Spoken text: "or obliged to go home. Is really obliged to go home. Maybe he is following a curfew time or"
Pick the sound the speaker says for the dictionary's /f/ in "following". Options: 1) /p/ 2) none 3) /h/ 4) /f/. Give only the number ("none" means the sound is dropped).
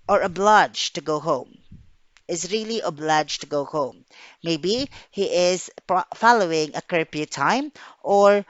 4